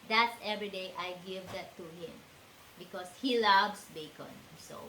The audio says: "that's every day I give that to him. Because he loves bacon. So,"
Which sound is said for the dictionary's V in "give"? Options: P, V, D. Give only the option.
V